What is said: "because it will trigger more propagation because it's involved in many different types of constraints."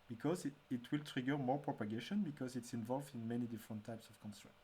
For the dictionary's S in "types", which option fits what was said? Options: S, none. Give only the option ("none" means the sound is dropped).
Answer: S